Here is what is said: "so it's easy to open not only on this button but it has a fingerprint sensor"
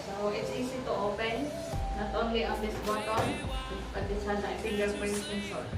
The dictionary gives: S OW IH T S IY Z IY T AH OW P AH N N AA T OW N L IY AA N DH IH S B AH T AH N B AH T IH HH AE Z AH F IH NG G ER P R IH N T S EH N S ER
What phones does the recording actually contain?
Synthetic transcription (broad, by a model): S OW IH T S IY S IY T AH OW P AH N N AA T OW N L IY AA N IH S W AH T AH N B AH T IH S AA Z AH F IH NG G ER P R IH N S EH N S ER